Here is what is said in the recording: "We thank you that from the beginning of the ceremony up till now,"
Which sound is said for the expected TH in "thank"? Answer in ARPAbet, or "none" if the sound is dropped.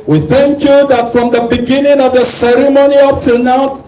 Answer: TH